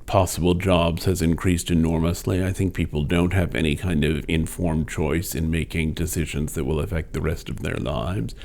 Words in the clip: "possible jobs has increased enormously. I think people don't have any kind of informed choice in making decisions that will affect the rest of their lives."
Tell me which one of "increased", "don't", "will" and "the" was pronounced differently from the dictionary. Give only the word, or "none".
none